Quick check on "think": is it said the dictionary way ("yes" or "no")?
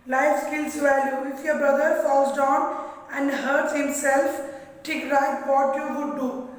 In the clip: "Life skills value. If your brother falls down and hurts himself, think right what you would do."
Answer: no